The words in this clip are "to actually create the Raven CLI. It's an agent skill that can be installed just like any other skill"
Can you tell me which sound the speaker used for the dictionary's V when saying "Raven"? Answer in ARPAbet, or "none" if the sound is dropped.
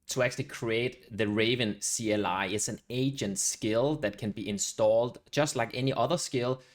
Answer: V